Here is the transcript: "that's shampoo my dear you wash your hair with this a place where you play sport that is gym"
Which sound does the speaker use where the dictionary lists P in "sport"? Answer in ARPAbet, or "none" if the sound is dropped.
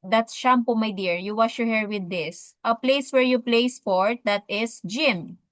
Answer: F